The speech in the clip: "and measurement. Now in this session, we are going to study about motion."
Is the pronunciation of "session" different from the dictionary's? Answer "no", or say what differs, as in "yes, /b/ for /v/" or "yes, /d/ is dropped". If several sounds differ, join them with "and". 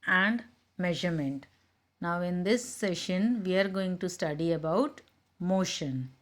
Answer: no